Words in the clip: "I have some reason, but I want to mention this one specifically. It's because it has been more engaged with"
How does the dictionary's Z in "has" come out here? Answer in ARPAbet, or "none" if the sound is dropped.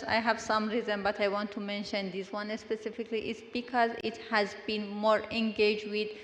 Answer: Z